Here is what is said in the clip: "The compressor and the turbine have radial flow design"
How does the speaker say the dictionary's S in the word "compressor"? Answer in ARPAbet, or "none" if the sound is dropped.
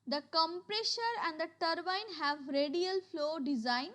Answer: SH